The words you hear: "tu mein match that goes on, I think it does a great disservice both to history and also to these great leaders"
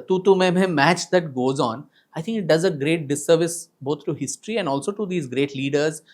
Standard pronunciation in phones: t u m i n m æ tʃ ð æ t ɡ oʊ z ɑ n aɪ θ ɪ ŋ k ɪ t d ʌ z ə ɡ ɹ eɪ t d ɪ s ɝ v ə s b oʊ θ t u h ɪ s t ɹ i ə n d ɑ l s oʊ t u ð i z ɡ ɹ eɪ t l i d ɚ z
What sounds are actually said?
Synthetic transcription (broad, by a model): t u m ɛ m m æ tʃ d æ t ɡ oʊ z ɑ n aɪ t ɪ ŋ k ɪ t d ʌ z ə ɡ ɹ eɪ t d ɪ s ɝ v ə s b oʊ t t u h ɪ s t ɹ i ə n d ɑ l s oʊ t u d i z ɡ ɹ eɪ t l i d ɚ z